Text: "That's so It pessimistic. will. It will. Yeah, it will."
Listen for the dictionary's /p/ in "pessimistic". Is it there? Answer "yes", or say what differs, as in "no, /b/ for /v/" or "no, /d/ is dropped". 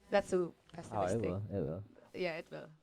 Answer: no, /b/ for /p/